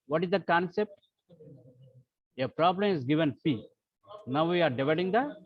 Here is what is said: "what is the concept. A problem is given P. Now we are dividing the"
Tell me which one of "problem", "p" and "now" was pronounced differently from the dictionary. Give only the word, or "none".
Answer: p